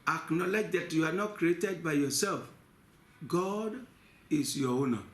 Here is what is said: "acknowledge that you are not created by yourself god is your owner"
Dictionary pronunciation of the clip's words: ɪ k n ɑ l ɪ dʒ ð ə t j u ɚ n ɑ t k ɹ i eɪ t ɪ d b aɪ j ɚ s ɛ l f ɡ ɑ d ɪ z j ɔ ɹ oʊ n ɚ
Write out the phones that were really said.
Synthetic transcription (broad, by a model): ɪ k n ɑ l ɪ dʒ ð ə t j u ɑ n ɑ t k ɹ i eɪ t ɪ d b aɪ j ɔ s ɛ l f ɡ ɑ d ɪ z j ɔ w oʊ n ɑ